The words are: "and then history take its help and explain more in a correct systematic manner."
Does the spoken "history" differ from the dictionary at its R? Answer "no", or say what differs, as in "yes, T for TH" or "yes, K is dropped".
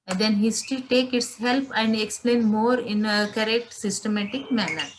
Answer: yes, R is dropped